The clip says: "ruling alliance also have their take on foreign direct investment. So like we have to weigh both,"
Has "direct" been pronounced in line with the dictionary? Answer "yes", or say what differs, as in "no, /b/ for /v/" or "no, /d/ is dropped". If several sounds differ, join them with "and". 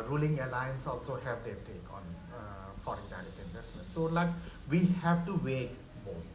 no, /k/ is dropped